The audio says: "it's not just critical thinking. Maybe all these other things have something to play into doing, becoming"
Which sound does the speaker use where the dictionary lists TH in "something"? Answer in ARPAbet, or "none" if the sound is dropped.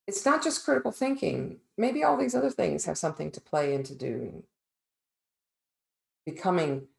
TH